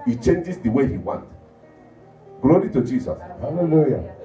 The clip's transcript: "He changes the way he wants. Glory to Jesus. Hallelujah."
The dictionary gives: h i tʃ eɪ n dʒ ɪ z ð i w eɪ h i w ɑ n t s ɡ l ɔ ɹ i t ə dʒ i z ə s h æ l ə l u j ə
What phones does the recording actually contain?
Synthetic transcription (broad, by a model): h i tʃ eɪ n dʒ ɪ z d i w eɪ h i w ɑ n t ɡ l ɔ ɹ i t ə dʒ i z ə s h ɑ l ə l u j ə